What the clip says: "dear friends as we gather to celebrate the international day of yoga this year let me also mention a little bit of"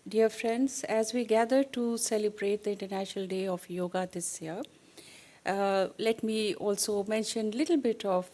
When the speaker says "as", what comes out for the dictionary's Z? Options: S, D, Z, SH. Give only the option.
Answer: Z